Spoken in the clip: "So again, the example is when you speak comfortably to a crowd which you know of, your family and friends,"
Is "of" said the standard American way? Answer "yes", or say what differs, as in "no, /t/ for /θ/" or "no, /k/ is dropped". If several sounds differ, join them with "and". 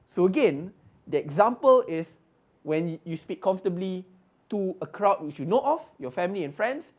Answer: no, /f/ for /v/